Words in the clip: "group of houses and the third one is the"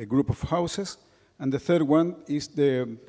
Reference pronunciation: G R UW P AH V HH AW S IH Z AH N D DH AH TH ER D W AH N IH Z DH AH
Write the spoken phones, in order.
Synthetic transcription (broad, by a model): G R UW P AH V HH AW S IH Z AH N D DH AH TH ER D W AH N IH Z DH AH